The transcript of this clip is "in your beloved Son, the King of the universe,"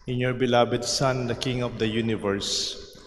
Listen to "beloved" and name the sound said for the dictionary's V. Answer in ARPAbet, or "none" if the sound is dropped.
B